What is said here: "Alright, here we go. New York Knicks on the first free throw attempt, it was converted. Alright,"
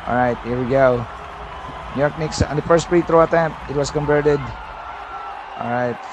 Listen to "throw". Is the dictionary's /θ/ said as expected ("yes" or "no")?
no